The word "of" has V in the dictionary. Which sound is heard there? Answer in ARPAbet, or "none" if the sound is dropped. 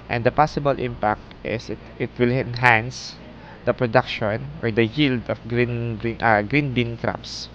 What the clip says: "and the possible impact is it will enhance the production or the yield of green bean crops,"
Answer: B